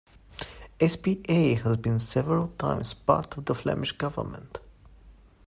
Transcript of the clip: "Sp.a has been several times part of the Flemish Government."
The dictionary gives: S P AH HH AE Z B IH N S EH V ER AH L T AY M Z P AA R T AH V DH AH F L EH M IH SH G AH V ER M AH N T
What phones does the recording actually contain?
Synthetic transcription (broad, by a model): S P AH HH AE Z B IH N S EH V ER AH L T AY M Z P AA R T AH V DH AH F L EH M IH SH G AH V ER M AH N T